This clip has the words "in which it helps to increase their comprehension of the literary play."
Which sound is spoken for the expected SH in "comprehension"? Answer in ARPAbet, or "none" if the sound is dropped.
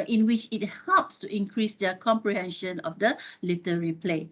SH